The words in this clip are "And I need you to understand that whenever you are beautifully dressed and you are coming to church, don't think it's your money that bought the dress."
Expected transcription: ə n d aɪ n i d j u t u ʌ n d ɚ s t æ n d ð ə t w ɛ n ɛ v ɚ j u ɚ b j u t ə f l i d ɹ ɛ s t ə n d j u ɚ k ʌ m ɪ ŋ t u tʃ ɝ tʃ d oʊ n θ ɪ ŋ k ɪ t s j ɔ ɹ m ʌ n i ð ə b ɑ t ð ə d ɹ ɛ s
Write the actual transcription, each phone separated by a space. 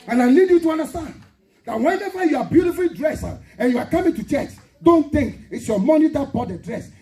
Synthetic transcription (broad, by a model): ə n aɪ l i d j u t u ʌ n d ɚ s t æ n d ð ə t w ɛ n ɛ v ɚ j u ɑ b j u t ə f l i d ɹ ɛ s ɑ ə n j u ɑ k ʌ m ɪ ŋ t u tʃ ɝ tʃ d oʊ n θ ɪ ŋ k ɪ t s j ɔ m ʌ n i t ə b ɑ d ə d ɹ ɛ s